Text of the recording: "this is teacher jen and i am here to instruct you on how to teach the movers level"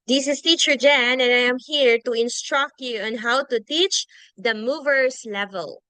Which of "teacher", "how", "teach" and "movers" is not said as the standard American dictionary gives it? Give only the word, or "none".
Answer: movers